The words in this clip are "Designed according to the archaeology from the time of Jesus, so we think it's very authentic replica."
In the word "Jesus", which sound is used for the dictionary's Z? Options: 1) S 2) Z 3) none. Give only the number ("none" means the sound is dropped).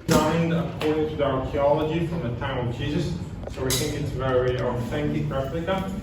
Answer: 2